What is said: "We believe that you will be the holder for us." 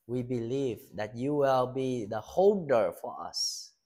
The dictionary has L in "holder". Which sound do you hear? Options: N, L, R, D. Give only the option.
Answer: N